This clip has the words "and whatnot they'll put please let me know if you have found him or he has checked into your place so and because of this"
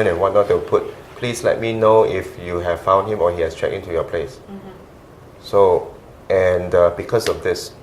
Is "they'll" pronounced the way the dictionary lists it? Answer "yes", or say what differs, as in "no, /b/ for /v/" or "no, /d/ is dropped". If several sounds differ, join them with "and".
no, /w/ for /l/